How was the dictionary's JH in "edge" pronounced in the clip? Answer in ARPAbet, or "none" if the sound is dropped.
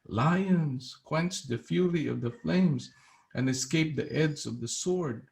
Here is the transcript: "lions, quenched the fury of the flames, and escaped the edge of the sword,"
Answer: Z